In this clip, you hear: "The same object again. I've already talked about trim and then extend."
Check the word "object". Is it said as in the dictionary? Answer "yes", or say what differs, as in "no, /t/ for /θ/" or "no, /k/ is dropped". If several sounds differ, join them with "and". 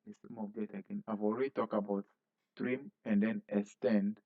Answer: no, /k/ is dropped